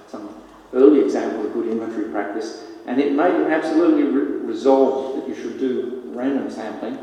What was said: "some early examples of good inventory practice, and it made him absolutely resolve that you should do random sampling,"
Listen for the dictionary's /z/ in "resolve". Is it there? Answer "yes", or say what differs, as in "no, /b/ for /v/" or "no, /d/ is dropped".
yes